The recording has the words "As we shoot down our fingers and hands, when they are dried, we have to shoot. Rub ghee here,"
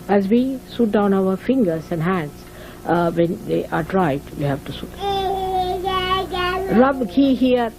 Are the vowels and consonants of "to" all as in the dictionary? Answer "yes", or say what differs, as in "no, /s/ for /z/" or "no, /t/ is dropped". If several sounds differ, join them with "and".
yes